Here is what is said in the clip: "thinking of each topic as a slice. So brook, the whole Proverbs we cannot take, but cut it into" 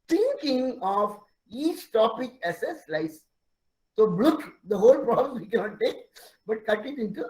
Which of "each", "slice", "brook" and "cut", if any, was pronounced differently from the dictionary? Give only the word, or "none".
brook